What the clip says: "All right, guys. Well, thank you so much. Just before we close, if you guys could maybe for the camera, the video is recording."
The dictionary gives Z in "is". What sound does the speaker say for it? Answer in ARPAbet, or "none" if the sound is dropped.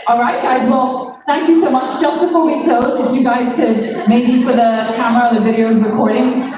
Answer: Z